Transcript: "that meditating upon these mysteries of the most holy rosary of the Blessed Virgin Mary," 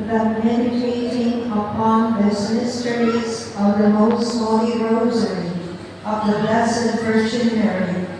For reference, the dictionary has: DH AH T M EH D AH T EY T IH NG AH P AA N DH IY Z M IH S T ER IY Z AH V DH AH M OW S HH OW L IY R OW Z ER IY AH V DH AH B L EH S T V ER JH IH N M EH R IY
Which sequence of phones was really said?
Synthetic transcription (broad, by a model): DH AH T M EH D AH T EY T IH NG AH P AA N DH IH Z M IH S T ER IY Z AH V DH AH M OW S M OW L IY R OW Z ER IY AH V DH AH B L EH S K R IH CH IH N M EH R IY